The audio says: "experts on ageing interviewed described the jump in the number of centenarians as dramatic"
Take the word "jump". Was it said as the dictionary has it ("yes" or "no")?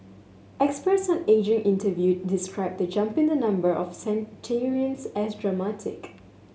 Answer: yes